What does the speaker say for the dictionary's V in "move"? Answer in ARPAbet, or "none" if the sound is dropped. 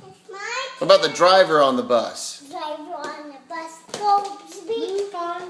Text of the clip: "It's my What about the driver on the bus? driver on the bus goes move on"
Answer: none